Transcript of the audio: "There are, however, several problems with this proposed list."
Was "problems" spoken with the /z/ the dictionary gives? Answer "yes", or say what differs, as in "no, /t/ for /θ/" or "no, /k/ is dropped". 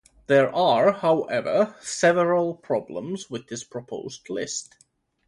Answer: yes